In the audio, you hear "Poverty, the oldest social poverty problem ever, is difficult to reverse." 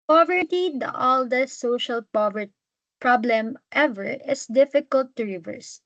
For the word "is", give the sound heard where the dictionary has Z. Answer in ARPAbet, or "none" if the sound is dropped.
S